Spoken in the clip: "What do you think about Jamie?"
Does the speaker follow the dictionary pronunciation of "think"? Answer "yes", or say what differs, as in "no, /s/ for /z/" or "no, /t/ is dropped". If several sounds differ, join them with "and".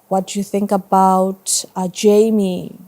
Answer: yes